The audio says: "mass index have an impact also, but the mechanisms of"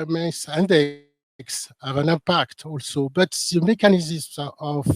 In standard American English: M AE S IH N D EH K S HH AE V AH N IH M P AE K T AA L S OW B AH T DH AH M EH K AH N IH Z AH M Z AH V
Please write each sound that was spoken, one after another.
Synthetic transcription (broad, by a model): M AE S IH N D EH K S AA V AH N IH P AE K T AA L S OW B AH T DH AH M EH K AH N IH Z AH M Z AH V